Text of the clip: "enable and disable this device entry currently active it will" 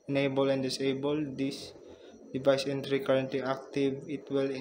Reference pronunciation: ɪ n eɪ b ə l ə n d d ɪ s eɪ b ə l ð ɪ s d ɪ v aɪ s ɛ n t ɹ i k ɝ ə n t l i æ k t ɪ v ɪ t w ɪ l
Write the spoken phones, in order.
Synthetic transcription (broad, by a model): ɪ n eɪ b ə l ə n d d ɪ s eɪ b ə l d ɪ s d ɪ v aɪ s ɛ n t ɹ i k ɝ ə n t l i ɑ k t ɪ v ɪ t w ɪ l